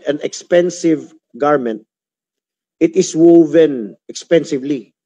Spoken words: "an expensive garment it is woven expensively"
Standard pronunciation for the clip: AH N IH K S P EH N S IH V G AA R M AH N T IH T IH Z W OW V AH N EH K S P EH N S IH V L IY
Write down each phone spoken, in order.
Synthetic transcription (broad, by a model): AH N IH K S P EH N S IH V G AA R M AH N T IH T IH S W OW V AH N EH K S P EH N S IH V L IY